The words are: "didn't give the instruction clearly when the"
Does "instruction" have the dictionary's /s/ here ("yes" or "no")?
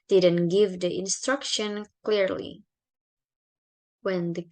yes